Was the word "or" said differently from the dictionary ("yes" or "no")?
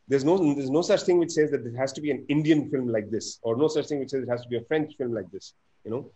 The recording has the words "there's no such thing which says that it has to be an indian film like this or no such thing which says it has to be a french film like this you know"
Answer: no